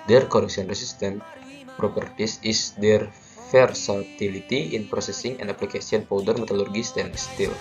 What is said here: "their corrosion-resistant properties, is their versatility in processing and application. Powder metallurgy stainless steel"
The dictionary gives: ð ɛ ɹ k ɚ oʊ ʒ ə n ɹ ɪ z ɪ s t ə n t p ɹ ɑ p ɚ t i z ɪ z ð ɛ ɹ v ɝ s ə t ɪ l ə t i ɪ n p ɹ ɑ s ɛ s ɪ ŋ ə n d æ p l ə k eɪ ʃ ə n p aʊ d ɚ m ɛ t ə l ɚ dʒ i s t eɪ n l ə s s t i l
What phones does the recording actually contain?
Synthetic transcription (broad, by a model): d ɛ ɹ k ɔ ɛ s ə n ɹ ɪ s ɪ s t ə n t p ɹ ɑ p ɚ t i s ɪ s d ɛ ɹ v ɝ s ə t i l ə t i ɪ n p ɹ ɑ s ɛ s ɪ ŋ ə n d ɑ p l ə k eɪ s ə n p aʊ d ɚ m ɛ t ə l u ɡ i s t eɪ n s s t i l